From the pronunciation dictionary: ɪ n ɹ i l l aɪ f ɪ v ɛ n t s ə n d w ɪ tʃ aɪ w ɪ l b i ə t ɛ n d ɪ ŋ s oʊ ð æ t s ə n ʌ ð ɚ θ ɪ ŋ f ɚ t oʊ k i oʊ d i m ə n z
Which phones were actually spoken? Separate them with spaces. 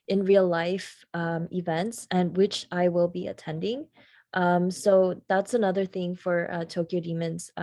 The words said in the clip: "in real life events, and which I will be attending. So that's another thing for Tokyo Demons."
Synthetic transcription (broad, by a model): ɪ n ɹ i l l aɪ f ɪ v ɛ n t s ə n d w ɪ tʃ aɪ w ɪ l b i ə t ɛ n d ɪ ŋ s oʊ ð æ t s ə n ʌ ð ɚ θ ɪ ŋ f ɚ t oʊ k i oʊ d i m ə n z